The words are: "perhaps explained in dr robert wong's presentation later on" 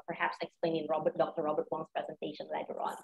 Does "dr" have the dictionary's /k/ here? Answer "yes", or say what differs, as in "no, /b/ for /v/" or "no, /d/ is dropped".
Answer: yes